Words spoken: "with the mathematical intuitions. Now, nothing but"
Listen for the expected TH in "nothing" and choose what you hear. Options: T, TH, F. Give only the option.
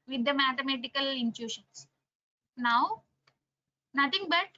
T